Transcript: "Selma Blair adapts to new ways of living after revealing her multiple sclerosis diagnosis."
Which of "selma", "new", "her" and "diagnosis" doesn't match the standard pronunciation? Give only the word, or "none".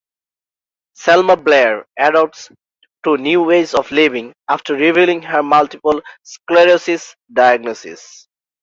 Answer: none